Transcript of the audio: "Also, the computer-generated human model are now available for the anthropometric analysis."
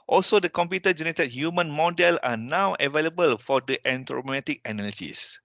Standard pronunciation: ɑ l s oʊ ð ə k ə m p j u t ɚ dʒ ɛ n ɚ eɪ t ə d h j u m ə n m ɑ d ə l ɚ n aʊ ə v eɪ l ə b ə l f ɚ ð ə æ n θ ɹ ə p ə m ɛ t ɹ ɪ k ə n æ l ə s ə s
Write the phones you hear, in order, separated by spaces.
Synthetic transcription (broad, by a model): ɑ l s oʊ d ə k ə m p j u t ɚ dʒ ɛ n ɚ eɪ t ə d h j u m ə n m ɑ d ə l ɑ n aʊ ə v eɪ l ə b ə l f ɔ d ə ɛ n t ɹ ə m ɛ t ɪ k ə n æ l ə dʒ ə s